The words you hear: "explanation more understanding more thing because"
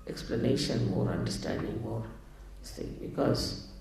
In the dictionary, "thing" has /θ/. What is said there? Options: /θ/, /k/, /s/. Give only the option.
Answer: /s/